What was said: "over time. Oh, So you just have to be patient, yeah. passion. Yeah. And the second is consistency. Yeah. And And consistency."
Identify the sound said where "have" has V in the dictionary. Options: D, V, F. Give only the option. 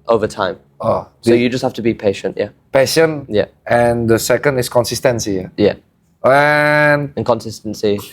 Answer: F